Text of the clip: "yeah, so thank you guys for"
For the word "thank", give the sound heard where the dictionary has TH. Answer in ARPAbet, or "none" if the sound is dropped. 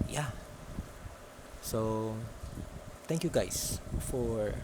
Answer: T